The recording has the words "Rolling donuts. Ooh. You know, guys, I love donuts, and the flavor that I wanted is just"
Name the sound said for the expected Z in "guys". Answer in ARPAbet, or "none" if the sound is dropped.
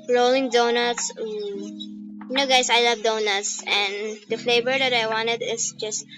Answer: S